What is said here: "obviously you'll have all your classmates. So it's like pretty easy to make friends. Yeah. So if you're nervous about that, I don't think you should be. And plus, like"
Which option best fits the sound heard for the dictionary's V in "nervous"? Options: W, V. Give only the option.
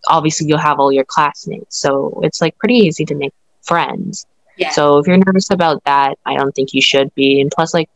V